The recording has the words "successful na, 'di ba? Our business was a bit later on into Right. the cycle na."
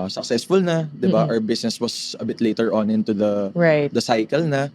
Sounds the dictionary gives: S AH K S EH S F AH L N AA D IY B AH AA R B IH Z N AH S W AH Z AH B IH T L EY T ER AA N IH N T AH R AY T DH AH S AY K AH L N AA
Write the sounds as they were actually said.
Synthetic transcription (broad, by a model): S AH K S EH S F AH L N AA D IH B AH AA W B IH S N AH S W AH S AH B IH T L EY T ER AA N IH N T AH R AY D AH S AY K AH L N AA